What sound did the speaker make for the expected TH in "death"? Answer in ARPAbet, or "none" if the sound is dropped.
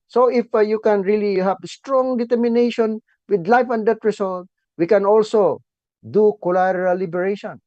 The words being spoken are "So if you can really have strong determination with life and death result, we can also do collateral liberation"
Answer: T